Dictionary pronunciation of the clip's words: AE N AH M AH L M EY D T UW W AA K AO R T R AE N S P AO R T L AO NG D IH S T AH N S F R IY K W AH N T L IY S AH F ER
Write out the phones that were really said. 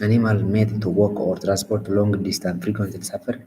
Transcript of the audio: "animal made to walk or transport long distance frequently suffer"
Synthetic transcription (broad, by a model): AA N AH M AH L M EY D T UW W AA K AO R T R AE N S P AO R T L AO NG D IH S T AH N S F R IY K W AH N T IY S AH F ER